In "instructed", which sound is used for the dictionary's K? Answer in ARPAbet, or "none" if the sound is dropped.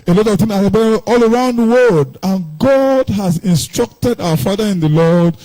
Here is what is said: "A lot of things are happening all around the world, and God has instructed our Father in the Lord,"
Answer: K